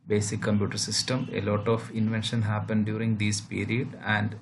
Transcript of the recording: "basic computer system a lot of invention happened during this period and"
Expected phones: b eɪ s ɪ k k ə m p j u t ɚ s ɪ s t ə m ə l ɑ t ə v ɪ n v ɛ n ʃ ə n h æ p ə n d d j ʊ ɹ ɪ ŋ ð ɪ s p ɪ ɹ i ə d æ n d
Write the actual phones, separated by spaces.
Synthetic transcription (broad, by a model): b eɪ s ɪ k k ə m p j u t ɚ s ɪ s t ə m ə l ɑ t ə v ɪ n v ɛ n ʃ ə n h æ p ə n d d j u ɹ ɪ ŋ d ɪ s p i ɹ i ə d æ n d